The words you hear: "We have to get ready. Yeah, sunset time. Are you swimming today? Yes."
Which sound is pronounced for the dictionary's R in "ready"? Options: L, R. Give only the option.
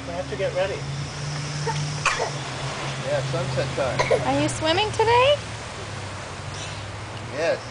R